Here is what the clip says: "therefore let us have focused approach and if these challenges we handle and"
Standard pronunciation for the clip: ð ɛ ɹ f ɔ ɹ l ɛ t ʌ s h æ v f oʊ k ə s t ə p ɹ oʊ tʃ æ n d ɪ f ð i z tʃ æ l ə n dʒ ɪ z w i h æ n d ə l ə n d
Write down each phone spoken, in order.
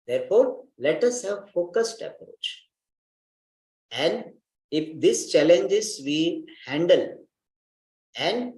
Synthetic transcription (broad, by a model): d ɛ ɹ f ɔ ɹ l ɛ t ʌ s h æ v f oʊ k ə s t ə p ɹ oʊ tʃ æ n d ɪ f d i s tʃ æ l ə n dʒ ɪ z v i h æ n d ə l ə n d